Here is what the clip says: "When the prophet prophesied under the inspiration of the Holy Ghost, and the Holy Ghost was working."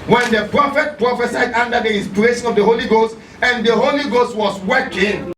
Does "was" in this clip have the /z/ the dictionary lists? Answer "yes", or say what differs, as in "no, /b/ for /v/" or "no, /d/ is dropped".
no, /s/ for /z/